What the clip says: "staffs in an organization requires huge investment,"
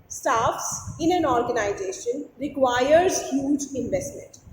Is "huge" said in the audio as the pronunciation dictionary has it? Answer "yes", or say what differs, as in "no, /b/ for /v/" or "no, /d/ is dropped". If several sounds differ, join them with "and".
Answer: yes